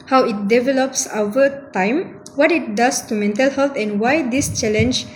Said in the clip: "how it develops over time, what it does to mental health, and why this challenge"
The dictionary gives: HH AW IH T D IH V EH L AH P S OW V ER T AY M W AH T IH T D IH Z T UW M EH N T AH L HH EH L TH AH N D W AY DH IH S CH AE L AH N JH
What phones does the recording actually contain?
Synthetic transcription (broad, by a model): HH AW IH T D IH V EH L AH P S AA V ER T AY M W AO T IH T D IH S T UW M EH N T AH L HH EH L T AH N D W AY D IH S CH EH L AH N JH